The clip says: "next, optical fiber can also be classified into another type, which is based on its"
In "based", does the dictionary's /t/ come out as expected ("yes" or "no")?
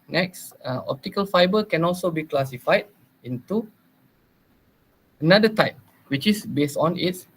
yes